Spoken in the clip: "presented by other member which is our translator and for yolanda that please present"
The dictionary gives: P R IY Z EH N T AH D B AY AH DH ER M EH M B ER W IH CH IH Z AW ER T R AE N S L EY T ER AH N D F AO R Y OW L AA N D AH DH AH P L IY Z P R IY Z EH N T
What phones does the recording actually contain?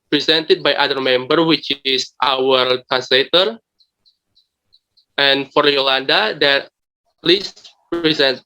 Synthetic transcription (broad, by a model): P R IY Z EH N T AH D B AY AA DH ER M EH M B ER W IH CH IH S AW ER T AE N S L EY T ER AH N F AO R Y OW L AA N D AH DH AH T L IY S P R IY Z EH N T